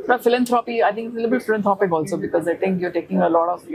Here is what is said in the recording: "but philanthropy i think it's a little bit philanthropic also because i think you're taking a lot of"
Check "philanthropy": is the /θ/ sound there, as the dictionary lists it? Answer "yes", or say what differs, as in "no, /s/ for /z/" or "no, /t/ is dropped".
no, /t/ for /θ/